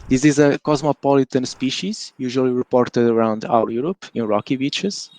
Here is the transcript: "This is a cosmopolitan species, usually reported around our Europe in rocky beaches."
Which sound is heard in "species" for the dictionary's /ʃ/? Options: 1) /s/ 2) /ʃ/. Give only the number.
2